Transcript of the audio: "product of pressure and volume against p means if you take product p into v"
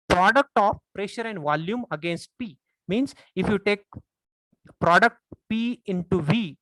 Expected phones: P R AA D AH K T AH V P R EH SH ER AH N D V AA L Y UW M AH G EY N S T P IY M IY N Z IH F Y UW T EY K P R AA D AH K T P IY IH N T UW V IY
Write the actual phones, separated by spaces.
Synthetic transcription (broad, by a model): P R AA D AH K T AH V P R EH SH ER AH N D V AA L Y UW M AH G EY N S T P IY M IY N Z IH F Y UW T EY K P R AA D AH K T P IY IH N T UW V IY